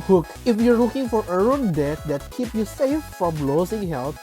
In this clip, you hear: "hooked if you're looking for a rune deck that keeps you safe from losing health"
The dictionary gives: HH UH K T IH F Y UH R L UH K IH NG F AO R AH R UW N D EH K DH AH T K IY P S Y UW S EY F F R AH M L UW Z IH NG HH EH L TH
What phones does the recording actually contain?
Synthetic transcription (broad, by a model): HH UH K IH F Y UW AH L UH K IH NG F AO R AH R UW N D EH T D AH T K IY P Y UW S EY F F R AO M L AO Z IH NG HH EH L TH